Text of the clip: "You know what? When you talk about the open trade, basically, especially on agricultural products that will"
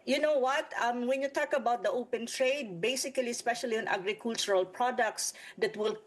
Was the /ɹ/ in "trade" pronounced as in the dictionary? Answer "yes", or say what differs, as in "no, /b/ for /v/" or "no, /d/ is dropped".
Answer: yes